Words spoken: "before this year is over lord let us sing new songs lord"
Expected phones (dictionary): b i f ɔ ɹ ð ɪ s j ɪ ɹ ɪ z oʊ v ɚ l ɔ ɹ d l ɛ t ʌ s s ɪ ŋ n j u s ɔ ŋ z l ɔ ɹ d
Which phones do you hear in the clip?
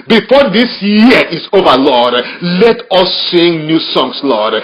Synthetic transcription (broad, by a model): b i f ɔ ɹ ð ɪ s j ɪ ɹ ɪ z oʊ v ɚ l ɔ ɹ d l ɛ t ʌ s s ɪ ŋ n j u s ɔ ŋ s l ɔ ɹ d